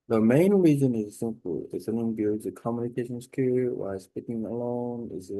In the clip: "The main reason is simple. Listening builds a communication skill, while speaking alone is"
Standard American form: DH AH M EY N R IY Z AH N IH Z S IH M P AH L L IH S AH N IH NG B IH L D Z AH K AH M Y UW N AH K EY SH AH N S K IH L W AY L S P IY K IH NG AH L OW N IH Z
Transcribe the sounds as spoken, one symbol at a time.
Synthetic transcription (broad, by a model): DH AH M EY N R IY Z AH N IH Z S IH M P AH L L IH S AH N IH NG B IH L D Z AH K AH M Y UW N AH K EY SH AH N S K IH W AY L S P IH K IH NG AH L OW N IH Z